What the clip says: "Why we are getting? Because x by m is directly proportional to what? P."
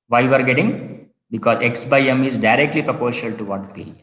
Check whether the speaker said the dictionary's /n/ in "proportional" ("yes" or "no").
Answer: no